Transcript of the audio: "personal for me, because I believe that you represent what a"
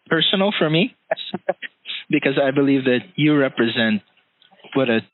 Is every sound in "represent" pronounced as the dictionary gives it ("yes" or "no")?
yes